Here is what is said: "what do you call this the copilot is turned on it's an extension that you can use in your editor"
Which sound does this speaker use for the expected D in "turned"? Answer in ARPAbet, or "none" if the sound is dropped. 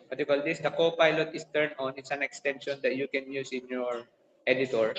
none